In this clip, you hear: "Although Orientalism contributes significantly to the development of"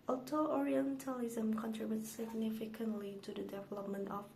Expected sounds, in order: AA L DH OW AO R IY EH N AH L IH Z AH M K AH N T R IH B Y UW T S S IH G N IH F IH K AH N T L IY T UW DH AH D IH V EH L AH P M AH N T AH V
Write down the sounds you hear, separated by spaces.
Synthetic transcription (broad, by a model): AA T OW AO R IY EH N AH L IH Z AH M K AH N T R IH B Y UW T S S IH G N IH F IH K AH N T L IY T UW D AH D IH V EH L AH P M AH N T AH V